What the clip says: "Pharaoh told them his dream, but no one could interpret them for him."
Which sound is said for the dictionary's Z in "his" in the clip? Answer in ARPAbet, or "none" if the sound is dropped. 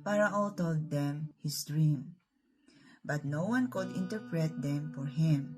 S